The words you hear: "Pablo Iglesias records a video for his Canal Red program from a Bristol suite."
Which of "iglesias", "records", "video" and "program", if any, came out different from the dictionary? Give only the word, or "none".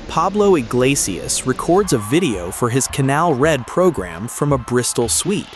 none